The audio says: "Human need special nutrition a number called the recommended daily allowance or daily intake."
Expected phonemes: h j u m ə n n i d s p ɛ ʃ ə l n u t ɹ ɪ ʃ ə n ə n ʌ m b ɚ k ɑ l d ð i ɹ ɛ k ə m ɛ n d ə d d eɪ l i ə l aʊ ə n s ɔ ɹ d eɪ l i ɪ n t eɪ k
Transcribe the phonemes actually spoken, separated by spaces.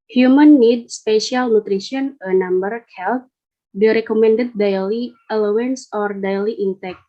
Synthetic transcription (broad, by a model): h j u m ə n n i d s p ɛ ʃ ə l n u t ɹ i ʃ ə n ə n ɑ m b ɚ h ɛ l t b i ɹ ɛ k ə m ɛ n d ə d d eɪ l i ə l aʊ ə n s ɔ ɹ d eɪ l i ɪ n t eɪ k